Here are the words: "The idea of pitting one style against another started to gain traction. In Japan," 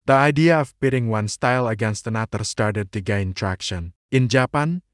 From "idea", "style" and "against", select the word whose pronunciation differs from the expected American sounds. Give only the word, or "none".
none